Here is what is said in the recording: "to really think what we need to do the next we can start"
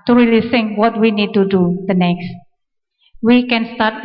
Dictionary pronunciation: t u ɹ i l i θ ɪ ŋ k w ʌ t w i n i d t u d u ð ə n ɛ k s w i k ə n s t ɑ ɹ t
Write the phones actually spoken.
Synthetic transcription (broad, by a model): t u ɹ i l i s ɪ ŋ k w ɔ t w i n i d t u d u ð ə n ɛ k s w i k ə n s t ɑ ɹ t